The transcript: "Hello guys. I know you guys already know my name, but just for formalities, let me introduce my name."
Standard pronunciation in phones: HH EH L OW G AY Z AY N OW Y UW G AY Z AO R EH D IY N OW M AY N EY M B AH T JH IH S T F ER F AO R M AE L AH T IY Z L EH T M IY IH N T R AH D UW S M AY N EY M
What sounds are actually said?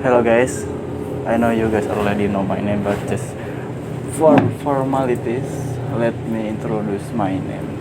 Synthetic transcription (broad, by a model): HH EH L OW G AY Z AY N OW Y UW G AY S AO L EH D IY N OW M AY N EY M B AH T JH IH S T F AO F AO R M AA L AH T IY S L EH T M IY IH N T R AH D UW S M AY N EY M